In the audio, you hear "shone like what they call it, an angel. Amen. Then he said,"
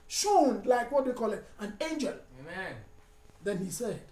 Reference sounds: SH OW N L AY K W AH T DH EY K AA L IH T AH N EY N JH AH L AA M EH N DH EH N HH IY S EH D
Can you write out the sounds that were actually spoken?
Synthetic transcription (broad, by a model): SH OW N L AY K W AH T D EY K AA L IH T AH N EY N JH AH L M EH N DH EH N HH IY S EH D